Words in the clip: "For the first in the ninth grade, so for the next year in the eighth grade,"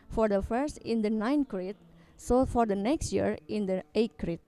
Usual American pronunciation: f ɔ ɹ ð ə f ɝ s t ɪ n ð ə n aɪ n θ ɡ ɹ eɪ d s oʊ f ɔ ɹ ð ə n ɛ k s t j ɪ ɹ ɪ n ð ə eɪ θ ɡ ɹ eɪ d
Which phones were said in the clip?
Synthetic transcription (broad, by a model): f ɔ ɹ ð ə f ɝ s t ɪ n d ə n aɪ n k ɹ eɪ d s oʊ f ɔ ɹ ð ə n ɛ k s t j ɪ ɹ ɪ n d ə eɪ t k ɹ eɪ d